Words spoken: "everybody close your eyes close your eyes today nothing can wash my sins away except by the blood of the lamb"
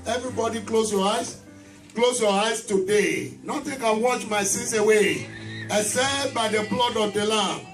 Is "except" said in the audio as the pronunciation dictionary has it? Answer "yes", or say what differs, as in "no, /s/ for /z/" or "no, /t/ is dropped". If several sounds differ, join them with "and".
no, /k/ is dropped